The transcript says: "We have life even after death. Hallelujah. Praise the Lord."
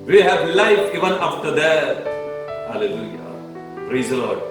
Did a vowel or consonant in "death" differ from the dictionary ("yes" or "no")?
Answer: yes